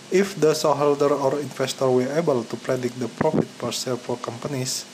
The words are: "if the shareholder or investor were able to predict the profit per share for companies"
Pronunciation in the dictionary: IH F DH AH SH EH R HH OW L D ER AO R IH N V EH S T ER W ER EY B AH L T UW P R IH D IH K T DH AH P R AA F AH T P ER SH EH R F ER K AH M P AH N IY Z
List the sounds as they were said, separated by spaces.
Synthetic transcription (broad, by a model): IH F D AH S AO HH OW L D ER AO R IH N F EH S T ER W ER EY B AH L T UW P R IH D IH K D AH P R AA F AH T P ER S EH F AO K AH M P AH N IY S